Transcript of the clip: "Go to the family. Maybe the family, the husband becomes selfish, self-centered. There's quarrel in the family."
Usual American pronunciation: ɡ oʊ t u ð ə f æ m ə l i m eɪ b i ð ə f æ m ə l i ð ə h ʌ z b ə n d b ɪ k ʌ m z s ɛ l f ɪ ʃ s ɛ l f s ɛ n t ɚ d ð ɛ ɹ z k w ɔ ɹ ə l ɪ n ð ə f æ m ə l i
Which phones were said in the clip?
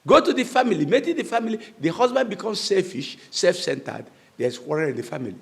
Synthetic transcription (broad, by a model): ɡ oʊ t u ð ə f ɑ m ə l i m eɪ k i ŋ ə f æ m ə l i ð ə h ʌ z b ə n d b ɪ k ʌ m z s ɛ l f ɪ ʃ s ɛ l f s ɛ n t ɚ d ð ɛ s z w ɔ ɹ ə n ɪ n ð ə f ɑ m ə l i